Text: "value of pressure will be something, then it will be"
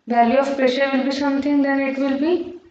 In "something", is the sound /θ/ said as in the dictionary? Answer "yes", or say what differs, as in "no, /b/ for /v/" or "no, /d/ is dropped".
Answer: no, /t/ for /θ/